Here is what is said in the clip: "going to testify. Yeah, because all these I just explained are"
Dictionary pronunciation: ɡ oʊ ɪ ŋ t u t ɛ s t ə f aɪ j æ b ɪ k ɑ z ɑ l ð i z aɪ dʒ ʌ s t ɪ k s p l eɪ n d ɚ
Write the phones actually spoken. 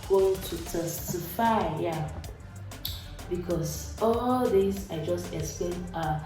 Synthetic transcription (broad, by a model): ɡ oʊ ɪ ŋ t u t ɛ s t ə f aɪ j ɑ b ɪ k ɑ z ɑ l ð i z aɪ dʒ ʌ s t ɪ k s p l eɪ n ɚ